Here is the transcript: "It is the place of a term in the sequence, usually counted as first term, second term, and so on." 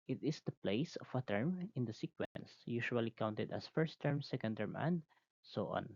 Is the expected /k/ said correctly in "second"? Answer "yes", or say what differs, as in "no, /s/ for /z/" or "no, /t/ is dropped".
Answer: yes